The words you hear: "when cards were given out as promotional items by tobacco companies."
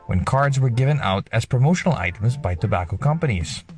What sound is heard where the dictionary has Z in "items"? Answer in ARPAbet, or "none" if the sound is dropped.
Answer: Z